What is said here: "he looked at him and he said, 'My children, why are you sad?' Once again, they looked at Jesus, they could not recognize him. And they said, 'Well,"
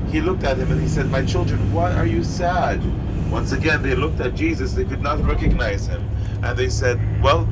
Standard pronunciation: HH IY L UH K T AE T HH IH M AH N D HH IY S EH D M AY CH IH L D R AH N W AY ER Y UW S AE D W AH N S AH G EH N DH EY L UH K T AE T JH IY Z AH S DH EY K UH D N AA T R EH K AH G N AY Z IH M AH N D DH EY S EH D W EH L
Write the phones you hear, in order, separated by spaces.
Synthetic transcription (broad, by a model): HH IY L UH K T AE T HH IH M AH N IY S EH D M AY CH IH L D R AH N W AY ER Y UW S AE D W AH N S AH G EH N DH EY L UH K T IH T JH IY Z AH S DH EY K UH D N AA T R EH K AH G N AY Z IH M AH N DH EY S EH D W EH L